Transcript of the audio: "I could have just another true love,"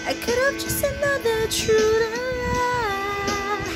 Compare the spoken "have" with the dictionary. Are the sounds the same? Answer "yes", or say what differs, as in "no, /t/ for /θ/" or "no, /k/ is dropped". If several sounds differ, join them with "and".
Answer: no, /p/ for /v/